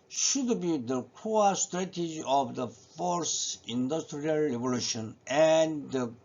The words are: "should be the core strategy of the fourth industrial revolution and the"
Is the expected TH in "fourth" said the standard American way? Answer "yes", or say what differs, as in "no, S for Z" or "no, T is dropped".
no, S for TH